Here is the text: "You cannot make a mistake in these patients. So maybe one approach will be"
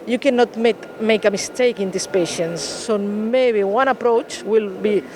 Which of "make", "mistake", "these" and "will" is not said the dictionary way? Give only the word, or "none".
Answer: these